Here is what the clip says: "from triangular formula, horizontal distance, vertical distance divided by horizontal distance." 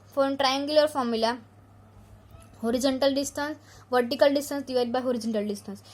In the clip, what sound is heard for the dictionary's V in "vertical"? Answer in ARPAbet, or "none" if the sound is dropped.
V